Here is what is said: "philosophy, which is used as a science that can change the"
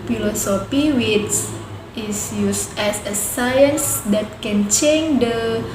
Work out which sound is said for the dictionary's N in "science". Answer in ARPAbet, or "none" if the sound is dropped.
N